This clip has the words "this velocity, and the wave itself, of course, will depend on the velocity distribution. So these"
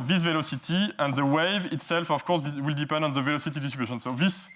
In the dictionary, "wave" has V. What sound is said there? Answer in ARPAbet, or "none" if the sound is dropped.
V